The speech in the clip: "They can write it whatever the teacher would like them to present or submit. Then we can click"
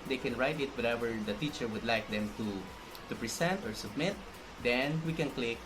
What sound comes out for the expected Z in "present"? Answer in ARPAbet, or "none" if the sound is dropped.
S